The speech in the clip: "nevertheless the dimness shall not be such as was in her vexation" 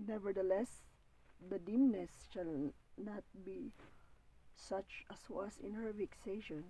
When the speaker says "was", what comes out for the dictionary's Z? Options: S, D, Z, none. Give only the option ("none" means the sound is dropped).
S